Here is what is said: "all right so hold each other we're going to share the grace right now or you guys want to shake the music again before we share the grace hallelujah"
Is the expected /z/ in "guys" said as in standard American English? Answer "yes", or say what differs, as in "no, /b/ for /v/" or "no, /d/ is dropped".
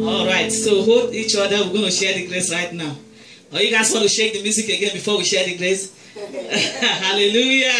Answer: no, /s/ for /z/